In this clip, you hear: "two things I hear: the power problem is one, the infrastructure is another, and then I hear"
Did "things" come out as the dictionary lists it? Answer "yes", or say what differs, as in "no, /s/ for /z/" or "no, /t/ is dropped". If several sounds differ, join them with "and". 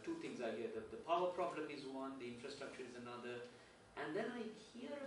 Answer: no, /t/ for /θ/